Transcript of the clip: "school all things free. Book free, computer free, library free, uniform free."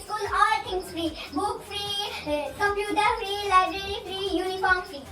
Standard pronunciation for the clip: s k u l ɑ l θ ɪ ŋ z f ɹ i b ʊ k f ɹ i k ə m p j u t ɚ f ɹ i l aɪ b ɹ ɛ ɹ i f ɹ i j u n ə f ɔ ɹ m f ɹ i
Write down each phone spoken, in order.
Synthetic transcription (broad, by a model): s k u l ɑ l t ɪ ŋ s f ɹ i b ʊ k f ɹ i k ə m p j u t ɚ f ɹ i l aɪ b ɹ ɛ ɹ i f ɹ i j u n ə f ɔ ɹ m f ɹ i